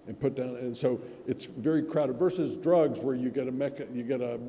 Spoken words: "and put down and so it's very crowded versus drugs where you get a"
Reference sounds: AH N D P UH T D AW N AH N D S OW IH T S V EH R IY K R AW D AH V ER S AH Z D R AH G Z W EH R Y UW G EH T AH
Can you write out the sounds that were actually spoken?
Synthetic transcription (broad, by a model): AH N P UH T D AW N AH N S OW IH T S V EH R IY K R AW D AH V ER S AH Z D R AH G Z W EH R Y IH G EH T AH